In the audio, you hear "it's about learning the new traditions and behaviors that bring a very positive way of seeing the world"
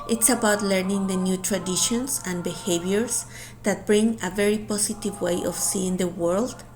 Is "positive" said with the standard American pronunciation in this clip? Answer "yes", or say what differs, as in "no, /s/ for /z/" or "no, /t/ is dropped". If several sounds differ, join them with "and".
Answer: no, /s/ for /z/